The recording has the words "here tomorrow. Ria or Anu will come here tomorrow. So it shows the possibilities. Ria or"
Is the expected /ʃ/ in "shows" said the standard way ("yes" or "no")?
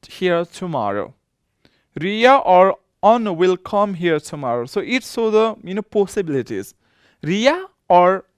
no